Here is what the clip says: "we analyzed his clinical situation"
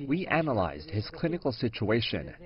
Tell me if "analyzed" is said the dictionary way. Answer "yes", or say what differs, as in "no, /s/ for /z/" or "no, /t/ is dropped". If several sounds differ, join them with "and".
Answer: yes